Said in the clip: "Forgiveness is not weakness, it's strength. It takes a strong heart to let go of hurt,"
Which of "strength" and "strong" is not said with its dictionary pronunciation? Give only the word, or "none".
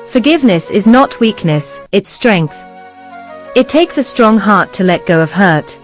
none